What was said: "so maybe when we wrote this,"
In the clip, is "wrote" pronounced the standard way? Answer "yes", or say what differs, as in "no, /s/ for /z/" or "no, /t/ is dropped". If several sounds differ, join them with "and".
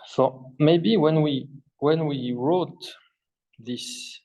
yes